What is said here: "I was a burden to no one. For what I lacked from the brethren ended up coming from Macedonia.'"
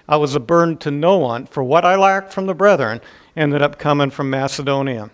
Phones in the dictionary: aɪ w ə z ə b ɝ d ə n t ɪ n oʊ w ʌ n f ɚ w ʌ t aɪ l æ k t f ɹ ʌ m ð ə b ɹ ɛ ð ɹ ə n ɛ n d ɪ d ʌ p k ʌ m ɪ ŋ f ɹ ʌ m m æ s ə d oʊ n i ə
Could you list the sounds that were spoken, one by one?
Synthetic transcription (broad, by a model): aɪ w ə z ə b ɝ n t ɪ n oʊ w ʌ n f ɚ w ʌ t aɪ l æ k t f ɹ ʌ m ð ə b ɹ ɛ ð ɹ ə n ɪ n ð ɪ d ʌ p k ʌ m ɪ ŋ f ɹ ʌ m m æ s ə d oʊ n i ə